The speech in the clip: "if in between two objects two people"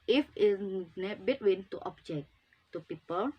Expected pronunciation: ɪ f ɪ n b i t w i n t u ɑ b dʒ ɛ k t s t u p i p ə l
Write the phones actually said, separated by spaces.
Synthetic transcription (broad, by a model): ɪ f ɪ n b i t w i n t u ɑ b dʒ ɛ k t t u p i p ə l